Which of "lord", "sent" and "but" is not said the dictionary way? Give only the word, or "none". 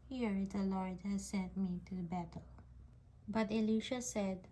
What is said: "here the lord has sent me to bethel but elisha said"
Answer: none